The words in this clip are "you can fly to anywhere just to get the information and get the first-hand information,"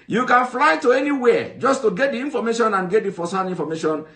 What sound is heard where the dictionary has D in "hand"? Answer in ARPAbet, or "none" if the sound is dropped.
none